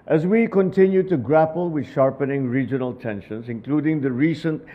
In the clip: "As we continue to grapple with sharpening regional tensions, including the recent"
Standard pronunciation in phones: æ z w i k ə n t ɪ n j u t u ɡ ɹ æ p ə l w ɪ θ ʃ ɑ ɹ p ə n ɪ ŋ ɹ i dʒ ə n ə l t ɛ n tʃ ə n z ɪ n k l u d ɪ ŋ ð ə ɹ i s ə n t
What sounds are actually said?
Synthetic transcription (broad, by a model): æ z w i k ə n t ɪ n j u t u ɡ ɹ æ p ə l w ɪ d ʃ ɑ ɹ p ə n ɪ ŋ ɹ i dʒ ə n ə l t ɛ n ʃ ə n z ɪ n k l u d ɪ ŋ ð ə ɹ i s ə n t